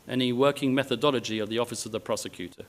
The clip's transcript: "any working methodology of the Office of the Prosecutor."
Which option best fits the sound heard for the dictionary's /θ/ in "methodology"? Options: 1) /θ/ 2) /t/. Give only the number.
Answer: 1